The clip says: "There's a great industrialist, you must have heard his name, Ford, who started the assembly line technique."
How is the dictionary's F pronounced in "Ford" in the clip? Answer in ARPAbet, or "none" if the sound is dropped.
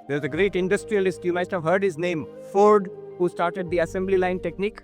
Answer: F